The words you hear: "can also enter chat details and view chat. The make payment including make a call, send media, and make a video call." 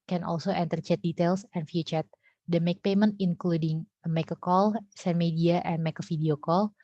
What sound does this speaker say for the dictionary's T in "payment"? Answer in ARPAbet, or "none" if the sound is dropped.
T